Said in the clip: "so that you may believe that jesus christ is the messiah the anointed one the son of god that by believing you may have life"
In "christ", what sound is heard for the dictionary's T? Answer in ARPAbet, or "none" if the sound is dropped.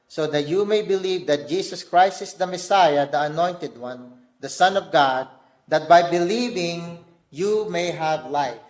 T